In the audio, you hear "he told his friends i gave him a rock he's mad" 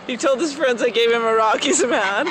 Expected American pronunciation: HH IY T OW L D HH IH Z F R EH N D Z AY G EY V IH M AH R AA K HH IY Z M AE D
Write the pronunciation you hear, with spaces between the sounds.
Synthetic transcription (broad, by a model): HH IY T OW L D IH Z F R EH N D Z AY G EY V IH M AH R AA K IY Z M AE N